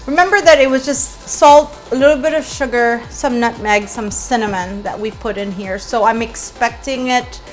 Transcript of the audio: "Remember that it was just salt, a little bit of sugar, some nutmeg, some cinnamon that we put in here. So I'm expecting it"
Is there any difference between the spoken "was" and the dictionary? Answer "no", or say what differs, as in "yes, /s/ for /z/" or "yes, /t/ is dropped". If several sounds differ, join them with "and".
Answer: no